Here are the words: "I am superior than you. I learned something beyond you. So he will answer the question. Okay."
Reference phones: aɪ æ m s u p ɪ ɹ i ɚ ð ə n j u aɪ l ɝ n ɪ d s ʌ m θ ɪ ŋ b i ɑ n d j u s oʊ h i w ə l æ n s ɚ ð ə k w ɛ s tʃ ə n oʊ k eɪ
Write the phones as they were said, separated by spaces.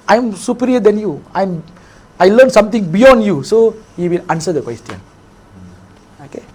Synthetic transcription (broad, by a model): aɪ m s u p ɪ ɹ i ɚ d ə n j u aɪ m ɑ l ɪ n s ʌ m t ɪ ŋ b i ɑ n d j u s oʊ h i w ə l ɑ n s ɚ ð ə k w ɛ s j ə n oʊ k eɪ